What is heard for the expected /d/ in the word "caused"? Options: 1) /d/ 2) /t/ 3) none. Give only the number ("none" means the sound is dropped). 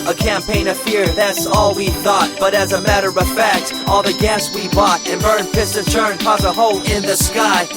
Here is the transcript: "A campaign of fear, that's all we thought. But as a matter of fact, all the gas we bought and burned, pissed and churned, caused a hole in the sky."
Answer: 3